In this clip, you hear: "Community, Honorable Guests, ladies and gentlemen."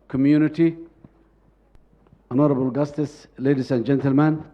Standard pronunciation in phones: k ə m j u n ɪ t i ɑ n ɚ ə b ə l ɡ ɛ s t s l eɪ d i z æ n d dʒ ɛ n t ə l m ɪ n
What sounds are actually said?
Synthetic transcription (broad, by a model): k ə m j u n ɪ t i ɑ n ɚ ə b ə l ɡ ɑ s t s l eɪ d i s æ n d dʒ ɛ n t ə l m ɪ n